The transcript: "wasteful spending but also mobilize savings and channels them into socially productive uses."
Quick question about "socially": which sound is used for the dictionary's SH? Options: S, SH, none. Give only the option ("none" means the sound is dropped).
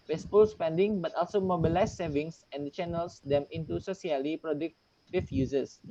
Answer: S